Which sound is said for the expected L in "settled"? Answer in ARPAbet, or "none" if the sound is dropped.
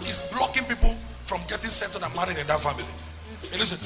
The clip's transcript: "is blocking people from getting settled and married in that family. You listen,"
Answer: none